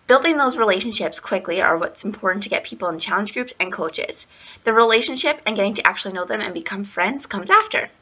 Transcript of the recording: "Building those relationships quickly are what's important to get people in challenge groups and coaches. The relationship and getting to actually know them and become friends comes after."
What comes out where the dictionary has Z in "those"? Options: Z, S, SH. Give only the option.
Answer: Z